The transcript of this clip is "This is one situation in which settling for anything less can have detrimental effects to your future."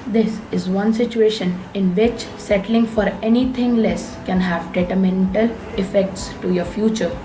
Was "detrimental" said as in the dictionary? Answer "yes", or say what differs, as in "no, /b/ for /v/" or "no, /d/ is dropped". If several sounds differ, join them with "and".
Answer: no, /ɹ/ is dropped